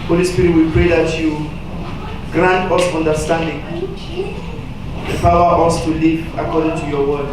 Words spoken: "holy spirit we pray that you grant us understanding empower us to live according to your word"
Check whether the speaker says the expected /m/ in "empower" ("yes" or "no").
no